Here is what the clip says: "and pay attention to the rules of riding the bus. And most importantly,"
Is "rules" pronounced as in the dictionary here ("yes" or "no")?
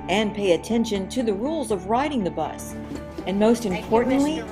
yes